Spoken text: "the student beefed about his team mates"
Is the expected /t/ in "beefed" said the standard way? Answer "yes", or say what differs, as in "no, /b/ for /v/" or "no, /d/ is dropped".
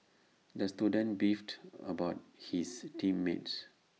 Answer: yes